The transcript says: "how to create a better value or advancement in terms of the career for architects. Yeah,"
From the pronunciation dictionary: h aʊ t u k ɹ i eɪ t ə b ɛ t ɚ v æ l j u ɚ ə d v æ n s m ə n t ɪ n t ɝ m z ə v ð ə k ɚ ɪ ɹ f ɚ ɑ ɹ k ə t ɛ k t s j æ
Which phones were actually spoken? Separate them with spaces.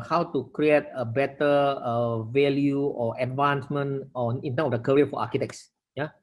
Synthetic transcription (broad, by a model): h aʊ t u k ɹ i eɪ t ə b ɛ t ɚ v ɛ l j u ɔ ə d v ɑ n s m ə n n ɪ n t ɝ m ə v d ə k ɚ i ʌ f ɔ ɑ k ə t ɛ k s j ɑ